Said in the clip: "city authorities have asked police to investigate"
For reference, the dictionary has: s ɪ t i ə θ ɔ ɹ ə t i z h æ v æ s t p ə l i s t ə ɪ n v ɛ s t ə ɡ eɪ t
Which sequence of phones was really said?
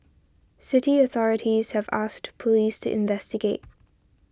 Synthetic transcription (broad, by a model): s ɪ t i ə θ ɔ ɹ ə t i z h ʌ v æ s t p ə l i s t ə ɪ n v ɛ s t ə ɡ eɪ t